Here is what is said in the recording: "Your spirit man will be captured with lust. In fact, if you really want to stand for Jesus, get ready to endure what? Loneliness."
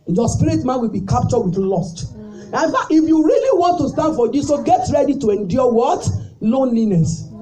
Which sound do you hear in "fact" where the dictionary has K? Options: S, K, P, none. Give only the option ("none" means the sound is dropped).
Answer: none